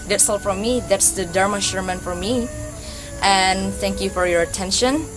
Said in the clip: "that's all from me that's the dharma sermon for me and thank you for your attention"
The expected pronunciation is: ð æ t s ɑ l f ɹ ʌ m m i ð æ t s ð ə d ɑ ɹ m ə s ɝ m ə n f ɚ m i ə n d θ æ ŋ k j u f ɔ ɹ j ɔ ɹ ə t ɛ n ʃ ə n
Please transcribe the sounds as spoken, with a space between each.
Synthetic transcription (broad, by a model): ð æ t s ɑ l f ɹ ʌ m m i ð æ t s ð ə d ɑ ɹ m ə ʃ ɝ m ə n f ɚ m i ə n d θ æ ŋ k j u f ɔ ɹ j ɔ ɹ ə t ɛ n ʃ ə n